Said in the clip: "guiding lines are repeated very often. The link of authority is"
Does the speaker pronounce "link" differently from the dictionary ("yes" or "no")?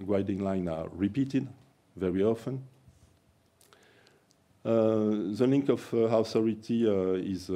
no